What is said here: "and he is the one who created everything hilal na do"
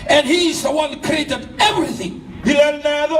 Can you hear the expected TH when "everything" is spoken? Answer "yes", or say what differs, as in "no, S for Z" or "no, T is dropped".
yes